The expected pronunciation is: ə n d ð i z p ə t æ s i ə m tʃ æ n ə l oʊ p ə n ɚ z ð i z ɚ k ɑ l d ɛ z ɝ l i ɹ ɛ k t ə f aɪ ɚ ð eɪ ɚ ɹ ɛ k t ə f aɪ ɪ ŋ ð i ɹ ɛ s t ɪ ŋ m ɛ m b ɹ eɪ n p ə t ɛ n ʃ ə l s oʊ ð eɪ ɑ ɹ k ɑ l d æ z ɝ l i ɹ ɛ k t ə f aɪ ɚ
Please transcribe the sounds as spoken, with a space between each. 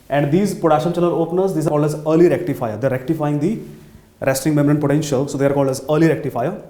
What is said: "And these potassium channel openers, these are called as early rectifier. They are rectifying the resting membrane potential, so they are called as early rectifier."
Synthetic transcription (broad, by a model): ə n d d i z p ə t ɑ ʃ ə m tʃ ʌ l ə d oʊ p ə n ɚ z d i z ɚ k ɑ l d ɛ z ɝ l i ɹ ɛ k t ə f aɪ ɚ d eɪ ɹ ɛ k t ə f aɪ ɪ ŋ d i ɹ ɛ s t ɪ ŋ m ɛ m ɹ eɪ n p ə t ɛ n ʃ ə l s oʊ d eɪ ɑ ɹ k ɑ l d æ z ɝ l i ɹ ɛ k t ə f aɪ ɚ